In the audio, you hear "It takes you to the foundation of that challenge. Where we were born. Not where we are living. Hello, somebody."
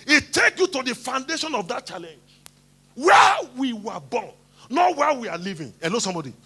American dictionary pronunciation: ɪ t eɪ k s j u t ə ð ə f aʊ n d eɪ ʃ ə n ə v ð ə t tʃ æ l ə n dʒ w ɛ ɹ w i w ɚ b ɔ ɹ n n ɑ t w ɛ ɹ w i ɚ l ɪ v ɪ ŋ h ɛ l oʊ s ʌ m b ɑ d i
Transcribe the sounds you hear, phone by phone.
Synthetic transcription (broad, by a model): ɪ t eɪ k j u t ə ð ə f aʊ n d eɪ ʃ ə n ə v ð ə t tʃ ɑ l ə n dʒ w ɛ w i w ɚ b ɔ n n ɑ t w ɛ w i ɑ l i v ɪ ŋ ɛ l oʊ s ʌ m b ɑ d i